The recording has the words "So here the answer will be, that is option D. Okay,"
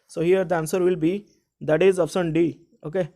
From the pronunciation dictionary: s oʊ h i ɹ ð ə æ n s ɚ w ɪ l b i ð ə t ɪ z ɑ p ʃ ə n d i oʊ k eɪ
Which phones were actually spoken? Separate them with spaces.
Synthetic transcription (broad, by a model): s oʊ h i ɹ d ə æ n s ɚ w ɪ l b i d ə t ɪ z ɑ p s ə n d i oʊ k eɪ